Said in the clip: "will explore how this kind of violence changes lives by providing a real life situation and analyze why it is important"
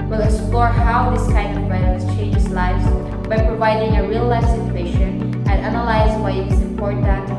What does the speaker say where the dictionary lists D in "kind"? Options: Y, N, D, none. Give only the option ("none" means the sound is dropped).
none